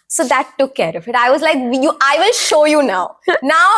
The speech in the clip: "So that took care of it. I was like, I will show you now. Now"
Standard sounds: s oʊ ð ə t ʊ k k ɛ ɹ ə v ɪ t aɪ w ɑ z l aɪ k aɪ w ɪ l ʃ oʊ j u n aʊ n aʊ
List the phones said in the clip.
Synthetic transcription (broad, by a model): s oʊ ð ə t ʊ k k ɛ ɹ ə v ɪ t aɪ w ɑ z l aɪ k aɪ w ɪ l ʃ oʊ j u n aʊ n aʊ